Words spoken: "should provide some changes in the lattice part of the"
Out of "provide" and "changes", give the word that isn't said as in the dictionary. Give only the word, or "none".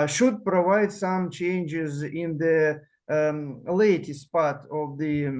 none